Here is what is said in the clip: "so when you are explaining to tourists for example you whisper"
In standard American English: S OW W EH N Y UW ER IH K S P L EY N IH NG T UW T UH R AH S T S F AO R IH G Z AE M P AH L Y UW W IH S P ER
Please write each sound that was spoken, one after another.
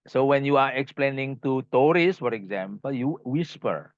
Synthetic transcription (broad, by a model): S OW W EH N Y UW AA IH K S P L EY N IH NG T UW T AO R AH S S F AO R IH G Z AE M P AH L Y UW W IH S P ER